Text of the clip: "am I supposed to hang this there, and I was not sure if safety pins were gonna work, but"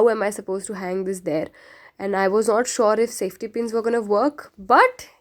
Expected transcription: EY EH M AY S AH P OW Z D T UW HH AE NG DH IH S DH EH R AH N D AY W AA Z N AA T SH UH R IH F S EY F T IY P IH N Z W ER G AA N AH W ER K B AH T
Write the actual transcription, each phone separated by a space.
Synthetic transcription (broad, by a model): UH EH M AY S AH P OW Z T UW HH AE NG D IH S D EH R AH N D AY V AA Z N AA T SH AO R IH F S EY F T IY P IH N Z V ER G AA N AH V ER K B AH T